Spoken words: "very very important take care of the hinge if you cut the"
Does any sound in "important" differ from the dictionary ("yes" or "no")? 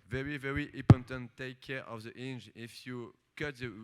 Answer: yes